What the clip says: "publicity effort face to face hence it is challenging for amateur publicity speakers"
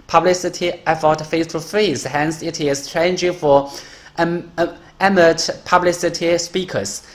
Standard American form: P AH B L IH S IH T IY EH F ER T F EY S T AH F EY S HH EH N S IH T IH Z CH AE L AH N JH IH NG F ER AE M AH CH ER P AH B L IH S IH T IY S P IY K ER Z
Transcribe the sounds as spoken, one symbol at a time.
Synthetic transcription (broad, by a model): P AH B L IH S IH T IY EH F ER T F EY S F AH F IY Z HH EH N S IH T IH Z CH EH AH N JH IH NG F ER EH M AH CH P AH B L IH S IH T IY S P IY K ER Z